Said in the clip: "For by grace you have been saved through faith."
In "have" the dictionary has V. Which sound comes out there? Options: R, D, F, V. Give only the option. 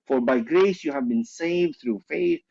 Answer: V